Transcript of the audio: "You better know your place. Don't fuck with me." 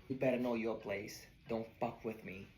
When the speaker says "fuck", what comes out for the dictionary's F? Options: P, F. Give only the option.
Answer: P